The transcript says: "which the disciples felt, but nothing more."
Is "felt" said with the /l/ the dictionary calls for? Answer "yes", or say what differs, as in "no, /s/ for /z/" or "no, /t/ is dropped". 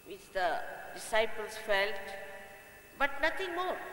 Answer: yes